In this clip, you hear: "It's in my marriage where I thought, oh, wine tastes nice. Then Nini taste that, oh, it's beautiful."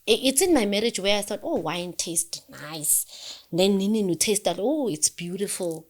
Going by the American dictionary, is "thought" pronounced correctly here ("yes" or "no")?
yes